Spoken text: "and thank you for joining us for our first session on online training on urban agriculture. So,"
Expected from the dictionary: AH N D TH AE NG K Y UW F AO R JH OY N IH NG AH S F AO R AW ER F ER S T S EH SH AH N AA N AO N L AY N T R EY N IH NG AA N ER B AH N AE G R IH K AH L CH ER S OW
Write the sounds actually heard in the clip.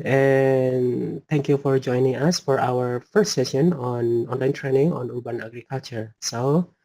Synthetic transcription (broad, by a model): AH N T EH NG K Y UW F AO R JH OY N IH NG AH S F AO R AW ER F ER S T S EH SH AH N AA N AO N L AY N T R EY N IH NG AA N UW B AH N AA G R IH K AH L CH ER S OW